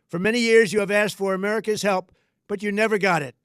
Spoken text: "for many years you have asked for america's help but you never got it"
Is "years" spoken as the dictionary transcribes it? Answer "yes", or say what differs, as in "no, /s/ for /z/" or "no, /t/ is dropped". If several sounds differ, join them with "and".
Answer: yes